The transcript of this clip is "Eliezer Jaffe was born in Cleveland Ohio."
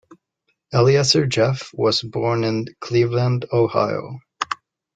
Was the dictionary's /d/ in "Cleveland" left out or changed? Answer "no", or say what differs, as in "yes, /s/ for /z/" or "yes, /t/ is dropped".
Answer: no